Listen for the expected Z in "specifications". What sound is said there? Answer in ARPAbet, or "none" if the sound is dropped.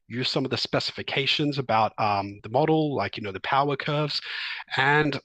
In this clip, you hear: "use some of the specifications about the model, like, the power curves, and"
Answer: Z